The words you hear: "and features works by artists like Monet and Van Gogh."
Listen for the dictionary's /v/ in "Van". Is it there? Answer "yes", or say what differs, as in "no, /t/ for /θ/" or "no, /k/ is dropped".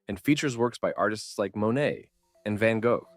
yes